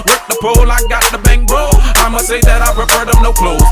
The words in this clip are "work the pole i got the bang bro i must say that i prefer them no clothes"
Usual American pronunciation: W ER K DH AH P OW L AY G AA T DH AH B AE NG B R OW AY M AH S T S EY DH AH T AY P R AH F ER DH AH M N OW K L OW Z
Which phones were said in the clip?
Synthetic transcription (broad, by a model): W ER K DH AH P OW L AY G AA T DH AH B AE NG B OW AY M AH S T S EY DH AH T AY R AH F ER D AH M N OW K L OW